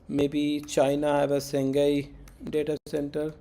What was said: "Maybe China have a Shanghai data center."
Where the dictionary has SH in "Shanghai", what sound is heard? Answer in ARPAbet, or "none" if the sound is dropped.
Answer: S